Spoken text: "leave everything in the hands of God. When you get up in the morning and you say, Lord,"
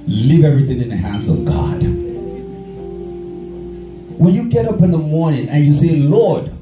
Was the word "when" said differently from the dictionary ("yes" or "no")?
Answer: yes